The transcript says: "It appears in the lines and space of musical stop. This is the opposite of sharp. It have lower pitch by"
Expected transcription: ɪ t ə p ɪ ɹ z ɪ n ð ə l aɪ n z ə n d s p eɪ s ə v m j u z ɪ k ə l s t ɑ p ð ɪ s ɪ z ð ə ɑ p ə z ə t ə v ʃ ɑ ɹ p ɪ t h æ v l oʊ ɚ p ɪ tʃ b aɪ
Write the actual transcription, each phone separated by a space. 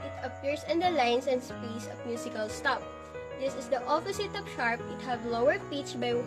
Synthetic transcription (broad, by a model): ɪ t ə p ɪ ɹ s ɪ n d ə l aɪ n s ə n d s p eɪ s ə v m j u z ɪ k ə l s t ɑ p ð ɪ s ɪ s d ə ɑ p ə s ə t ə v ʃ ɑ ɹ p ɪ t h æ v l oʊ ɚ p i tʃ b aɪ